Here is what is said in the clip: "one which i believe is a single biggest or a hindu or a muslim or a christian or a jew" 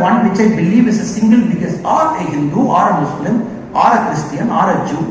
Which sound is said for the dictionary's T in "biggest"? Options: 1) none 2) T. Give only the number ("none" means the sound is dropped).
1